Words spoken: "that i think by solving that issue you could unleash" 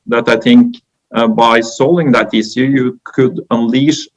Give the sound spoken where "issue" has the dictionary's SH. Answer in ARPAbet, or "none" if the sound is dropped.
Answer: S